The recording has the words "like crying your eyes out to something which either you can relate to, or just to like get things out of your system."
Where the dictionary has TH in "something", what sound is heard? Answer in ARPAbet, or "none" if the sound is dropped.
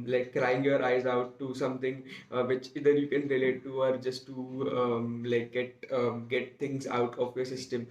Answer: T